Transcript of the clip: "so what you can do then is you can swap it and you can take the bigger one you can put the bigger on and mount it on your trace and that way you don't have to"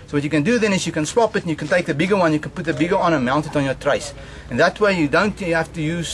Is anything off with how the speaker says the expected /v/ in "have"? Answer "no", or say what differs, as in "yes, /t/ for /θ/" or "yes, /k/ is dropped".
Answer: yes, /f/ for /v/